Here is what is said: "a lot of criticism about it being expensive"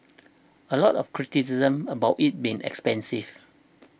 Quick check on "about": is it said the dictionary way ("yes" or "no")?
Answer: yes